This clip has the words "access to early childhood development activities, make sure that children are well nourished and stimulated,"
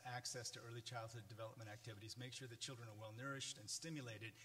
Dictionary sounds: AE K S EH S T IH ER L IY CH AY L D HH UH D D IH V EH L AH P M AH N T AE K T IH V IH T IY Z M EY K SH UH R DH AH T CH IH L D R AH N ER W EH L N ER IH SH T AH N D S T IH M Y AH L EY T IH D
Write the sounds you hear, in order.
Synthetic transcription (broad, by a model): AE K S EH S T IH ER L IY CH AY L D HH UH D D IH V EH L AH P M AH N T AE K T IH V IH T IY Z M EY K SH UH R DH AH T CH IH L D R AH N ER W EH L N ER IH SH T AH N S T IH M Y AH L EY T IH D